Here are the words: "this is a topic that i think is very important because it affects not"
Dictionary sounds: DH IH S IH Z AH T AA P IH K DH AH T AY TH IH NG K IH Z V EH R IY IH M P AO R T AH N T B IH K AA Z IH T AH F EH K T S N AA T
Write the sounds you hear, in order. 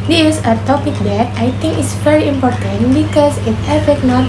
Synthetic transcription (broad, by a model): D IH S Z AH T AA P IH K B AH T AY T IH NG K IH S V EH R IY IH M P AO R T AH N T B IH K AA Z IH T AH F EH T N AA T